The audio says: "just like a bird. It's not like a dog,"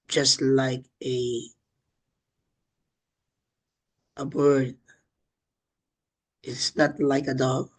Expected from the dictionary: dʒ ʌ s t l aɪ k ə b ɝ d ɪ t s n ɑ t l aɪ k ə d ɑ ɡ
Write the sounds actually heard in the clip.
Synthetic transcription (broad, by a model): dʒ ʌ s t l aɪ k ə b ɝ d ɪ t s n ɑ t l aɪ k ə d ɑ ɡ